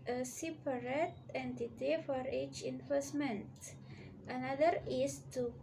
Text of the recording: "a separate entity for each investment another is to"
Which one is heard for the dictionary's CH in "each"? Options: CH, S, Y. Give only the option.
CH